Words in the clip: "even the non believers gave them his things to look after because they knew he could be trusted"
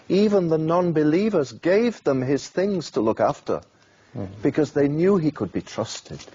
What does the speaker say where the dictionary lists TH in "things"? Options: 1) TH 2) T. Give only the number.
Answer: 1